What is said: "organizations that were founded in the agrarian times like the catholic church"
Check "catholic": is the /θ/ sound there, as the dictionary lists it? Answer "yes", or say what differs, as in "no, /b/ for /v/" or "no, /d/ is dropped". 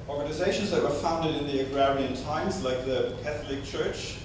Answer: yes